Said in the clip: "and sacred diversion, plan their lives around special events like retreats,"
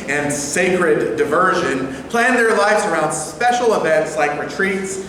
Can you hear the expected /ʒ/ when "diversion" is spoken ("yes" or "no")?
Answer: yes